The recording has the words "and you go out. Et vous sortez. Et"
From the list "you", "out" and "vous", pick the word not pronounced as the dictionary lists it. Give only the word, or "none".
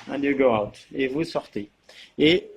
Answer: none